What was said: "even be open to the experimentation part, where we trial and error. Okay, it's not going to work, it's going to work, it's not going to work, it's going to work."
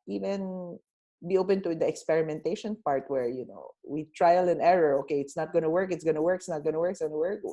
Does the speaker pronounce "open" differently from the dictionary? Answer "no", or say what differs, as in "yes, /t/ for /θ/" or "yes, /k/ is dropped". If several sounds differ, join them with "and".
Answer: no